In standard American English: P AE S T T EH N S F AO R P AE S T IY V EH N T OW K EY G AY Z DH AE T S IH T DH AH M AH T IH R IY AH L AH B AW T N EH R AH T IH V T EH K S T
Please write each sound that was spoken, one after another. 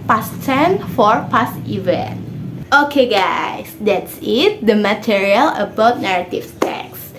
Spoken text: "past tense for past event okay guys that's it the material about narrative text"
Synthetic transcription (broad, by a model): P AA S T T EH N F AO R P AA S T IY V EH N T OW K EY G AY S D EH T S IH T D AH M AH T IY R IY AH L AH B AW T N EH R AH T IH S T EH K S